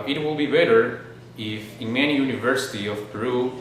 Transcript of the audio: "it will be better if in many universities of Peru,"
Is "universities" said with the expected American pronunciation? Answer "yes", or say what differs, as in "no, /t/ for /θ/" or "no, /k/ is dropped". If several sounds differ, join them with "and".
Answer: no, /z/ is dropped